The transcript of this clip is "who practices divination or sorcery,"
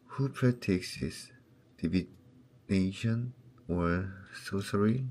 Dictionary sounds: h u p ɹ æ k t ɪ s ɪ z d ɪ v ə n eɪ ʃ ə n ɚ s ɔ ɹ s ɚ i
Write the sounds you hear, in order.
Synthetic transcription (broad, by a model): h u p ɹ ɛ t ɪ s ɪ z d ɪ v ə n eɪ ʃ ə n ɚ s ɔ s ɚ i